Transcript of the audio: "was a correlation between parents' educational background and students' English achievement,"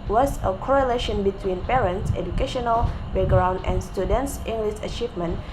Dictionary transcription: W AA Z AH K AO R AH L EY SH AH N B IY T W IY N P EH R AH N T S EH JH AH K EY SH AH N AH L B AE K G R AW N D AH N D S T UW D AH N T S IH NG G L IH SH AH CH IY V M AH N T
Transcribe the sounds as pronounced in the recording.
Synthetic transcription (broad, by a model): W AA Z AH K AO R AH L EY SH AH N B IY T W IY N P EH R AH N T S EH JH AH K EY SH AH N AH L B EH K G R AW N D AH N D S T UW D AH N T S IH NG G L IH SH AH CH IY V M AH N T